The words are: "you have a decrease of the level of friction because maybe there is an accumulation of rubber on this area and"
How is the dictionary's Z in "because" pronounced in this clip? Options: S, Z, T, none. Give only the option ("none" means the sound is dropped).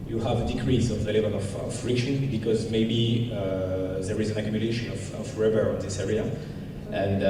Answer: Z